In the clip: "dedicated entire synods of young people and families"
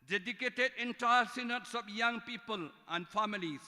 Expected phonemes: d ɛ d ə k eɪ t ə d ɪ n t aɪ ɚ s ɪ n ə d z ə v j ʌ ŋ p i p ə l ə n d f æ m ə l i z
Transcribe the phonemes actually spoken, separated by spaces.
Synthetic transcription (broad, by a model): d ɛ d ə k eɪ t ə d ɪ n t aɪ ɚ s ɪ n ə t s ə p j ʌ ŋ p i p ə l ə n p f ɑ m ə l i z